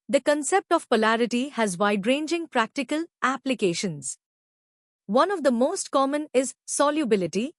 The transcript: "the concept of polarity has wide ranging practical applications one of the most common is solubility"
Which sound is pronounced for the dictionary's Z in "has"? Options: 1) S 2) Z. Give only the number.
2